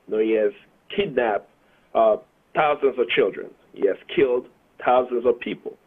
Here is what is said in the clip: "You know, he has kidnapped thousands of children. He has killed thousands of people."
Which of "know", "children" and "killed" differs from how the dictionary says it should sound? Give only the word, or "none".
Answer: none